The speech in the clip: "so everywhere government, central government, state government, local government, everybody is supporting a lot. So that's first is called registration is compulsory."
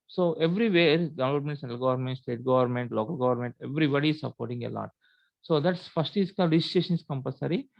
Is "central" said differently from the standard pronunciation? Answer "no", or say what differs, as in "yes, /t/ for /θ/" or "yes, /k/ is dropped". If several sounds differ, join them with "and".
yes, /ɹ/ is dropped